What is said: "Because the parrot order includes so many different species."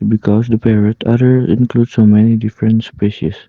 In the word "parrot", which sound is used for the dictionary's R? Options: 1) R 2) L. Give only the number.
1